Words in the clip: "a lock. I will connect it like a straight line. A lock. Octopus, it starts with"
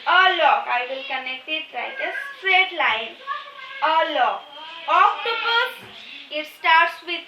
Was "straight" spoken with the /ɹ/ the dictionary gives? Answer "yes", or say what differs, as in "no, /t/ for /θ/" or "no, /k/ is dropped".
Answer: yes